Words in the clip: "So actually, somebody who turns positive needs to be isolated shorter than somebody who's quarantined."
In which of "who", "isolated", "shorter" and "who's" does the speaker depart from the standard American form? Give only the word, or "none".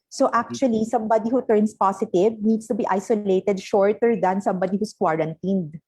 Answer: who's